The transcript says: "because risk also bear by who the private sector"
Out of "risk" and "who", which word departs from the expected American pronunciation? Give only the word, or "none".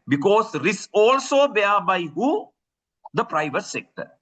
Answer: risk